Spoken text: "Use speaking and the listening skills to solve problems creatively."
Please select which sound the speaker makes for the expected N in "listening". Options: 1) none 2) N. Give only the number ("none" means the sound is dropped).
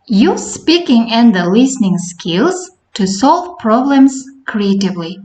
2